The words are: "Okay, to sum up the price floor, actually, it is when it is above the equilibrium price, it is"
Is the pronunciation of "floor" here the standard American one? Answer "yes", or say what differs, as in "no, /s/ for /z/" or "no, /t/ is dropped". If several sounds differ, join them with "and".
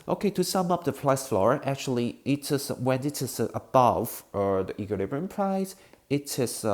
yes